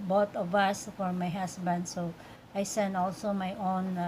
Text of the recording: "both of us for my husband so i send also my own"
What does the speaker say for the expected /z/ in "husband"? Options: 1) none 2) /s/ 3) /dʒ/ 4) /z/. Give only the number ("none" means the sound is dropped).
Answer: 2